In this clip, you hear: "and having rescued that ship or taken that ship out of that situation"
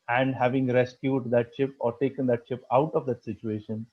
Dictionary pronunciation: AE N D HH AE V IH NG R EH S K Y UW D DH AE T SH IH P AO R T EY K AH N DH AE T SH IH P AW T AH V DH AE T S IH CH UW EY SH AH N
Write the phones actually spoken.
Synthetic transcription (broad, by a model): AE N D HH AE V IH NG R EH S K Y UW D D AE T SH IH P AO R T EY K AH N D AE T SH IH P AW T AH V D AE T S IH CH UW EY SH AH N